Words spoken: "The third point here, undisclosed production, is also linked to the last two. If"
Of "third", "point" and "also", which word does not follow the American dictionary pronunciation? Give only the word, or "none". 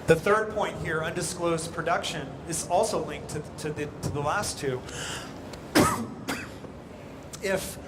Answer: none